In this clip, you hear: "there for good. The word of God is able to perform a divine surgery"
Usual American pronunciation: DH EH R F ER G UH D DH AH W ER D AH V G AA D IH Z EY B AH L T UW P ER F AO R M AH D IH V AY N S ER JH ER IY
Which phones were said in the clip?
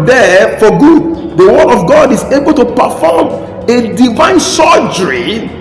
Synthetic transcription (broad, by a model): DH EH F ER G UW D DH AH W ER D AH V G AA D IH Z EY B AH L T UW P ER F AO M AH D IH V AY N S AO JH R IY